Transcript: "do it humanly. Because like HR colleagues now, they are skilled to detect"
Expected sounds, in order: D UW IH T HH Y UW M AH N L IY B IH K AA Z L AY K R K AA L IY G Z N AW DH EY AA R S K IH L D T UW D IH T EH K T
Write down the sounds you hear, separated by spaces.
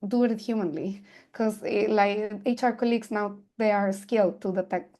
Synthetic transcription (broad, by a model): D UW IH T HH Y UW M AH N L IY K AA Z L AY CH R K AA L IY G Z N AW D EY AA R S K IH L D T UW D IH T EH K